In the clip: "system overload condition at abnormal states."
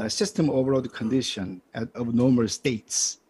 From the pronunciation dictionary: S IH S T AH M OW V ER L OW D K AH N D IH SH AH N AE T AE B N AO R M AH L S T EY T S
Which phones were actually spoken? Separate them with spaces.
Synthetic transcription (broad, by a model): S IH S T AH M OW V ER OW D K AH N D IH SH AH N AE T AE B N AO M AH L S T EY T S